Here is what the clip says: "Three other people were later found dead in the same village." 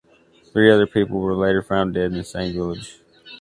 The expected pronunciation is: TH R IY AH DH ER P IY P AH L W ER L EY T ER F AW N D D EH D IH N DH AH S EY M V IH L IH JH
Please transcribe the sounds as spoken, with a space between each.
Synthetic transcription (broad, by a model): TH R IY AH DH ER P IY P L W ER L EY T ER F AW N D D EH D IH N S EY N V IH L IH JH